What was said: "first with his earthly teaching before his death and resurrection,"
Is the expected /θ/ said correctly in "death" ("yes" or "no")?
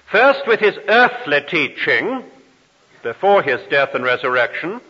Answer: yes